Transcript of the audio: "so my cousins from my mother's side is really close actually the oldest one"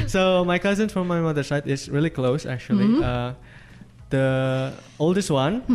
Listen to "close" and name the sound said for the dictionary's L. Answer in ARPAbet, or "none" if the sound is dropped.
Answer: L